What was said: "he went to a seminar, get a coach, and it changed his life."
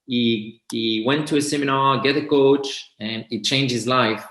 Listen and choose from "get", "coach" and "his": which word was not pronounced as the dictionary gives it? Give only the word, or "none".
none